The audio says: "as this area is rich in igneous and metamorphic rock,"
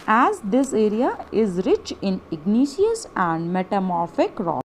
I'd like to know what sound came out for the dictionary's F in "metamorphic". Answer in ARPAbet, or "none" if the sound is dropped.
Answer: F